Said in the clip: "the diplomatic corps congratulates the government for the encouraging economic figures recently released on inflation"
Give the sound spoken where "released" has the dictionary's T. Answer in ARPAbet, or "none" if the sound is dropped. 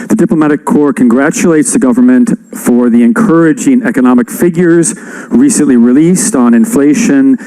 T